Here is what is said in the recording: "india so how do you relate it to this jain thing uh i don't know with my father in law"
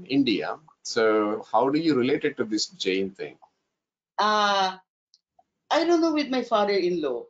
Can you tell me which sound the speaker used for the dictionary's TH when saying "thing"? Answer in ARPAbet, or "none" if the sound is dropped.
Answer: T